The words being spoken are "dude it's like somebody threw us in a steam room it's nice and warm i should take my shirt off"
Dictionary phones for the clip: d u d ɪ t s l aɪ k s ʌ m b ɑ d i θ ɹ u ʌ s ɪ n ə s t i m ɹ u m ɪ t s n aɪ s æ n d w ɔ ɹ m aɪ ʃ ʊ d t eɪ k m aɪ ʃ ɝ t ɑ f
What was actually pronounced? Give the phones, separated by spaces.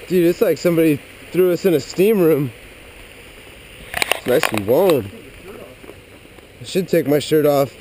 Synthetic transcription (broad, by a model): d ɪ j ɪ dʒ s l aɪ k s ʌ m b ɑ d i θ ɹ u ʌ s ɪ n ə s t i m ɹ u m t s n aɪ s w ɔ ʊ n aɪ ʃ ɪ d t eɪ k m aɪ ʃ ɝ t ɑ f